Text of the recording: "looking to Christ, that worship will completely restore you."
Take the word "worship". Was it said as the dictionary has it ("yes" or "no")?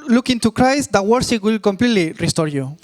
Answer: no